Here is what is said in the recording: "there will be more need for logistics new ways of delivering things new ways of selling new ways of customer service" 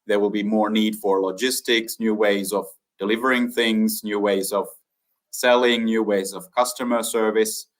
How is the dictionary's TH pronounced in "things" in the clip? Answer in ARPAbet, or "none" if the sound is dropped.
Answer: TH